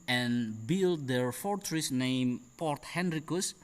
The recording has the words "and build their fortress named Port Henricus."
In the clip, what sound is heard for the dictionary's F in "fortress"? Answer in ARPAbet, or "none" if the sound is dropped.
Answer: F